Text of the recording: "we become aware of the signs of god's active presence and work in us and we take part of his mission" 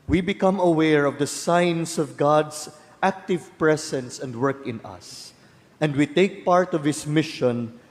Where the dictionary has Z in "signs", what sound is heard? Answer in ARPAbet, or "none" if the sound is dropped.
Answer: S